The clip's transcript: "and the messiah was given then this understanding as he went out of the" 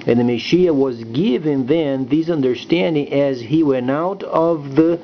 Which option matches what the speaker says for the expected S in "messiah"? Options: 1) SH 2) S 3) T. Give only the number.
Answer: 1